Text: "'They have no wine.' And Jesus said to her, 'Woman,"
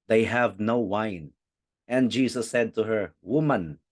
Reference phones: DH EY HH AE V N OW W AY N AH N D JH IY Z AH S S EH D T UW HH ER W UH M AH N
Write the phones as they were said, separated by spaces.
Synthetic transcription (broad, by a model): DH EY HH AE V N OW W AY N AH N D JH IY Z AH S S EH D T UW HH ER W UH M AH N